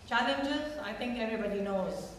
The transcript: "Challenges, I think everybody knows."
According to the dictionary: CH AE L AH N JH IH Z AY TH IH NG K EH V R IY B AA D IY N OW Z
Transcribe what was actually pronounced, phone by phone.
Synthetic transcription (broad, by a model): CH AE L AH N JH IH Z AY T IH NG K EH V R IY B AA D IY N OW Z